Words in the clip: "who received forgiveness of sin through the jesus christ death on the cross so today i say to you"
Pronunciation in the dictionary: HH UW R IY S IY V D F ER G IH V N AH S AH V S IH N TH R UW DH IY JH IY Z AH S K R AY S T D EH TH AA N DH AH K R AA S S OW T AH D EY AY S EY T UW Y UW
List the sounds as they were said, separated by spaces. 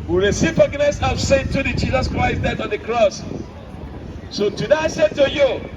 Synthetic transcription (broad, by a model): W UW R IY S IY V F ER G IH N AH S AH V S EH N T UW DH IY JH IY Z AH S K R AY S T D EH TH AA N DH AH K R AA S S OW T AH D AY S EY T UW Y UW